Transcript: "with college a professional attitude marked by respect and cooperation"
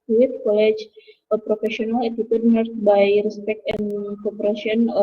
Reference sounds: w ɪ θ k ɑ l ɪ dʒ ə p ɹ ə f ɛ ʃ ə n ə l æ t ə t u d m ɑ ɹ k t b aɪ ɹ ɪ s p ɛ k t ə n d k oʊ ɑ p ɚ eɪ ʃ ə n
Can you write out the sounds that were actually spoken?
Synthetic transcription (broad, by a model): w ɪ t k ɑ l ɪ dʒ ə p ɹ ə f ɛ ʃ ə n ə l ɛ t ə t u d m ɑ ɹ t b aɪ ɹ ɪ s p ɛ k t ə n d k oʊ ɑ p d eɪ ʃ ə n